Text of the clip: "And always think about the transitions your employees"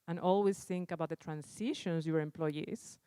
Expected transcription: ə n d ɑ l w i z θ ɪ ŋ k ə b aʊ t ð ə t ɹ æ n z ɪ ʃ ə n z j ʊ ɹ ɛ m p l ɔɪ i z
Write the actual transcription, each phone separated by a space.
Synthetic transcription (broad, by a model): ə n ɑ l w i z θ ɪ ŋ k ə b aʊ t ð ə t ɹ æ n s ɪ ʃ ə n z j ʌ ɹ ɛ m p l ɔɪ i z